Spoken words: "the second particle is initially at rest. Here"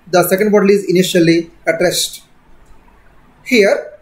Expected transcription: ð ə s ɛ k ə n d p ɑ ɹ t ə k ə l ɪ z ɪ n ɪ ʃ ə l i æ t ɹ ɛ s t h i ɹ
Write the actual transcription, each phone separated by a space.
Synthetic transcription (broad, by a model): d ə s ɛ k ə n d b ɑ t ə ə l ɪ z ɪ n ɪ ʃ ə l i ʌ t ɹ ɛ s t h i ɹ